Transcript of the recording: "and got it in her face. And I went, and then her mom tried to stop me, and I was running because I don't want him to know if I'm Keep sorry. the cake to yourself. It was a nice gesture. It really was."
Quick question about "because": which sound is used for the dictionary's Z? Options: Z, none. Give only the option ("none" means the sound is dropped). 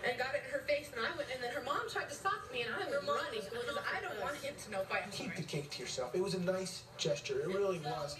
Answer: none